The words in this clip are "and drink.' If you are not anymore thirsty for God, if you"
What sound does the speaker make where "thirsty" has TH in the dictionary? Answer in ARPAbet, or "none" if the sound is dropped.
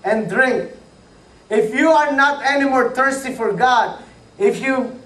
T